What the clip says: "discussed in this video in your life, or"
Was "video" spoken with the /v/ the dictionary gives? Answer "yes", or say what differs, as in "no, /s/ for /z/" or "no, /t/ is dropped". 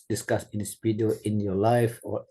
no, /p/ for /v/